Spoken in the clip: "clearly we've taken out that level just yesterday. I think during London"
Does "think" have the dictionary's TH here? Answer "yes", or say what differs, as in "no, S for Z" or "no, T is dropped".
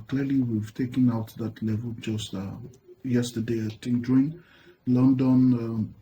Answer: no, T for TH